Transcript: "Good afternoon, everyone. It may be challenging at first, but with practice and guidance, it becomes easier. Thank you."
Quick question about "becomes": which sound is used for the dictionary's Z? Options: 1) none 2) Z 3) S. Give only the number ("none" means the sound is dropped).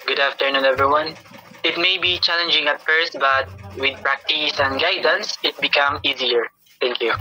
1